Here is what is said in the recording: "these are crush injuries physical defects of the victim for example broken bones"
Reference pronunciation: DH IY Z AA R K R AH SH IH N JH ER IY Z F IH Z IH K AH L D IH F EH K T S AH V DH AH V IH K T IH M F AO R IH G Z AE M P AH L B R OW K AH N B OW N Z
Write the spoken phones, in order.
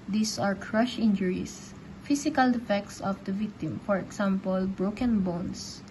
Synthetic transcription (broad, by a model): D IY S AA R K R AH SH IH N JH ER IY S F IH S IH K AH L D IH F EH K T S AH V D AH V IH K T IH M F AO R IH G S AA M P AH L B R OW K AH N B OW N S